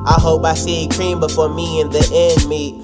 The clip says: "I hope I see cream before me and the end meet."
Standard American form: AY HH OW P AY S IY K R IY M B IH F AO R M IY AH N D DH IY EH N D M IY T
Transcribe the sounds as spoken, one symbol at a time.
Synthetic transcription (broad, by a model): AY HH OW P AY S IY K R IY M B IH F AO R M IY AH N DH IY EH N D M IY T